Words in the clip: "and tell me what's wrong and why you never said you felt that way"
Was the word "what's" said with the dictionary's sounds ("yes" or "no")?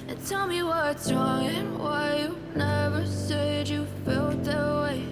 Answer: no